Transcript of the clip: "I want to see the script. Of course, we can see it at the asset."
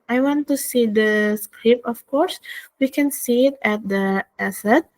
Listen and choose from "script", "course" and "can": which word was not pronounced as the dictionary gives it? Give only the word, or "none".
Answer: script